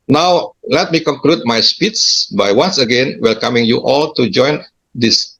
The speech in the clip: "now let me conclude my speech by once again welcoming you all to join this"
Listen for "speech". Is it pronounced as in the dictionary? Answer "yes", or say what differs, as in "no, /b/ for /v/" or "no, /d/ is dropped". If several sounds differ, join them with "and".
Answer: no, /s/ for /tʃ/